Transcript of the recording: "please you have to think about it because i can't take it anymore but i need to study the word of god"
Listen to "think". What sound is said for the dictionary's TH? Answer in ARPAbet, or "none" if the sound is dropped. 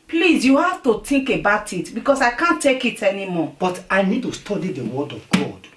T